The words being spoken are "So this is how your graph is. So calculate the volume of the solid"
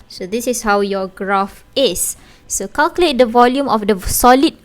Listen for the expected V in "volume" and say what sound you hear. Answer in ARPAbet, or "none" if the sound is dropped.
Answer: V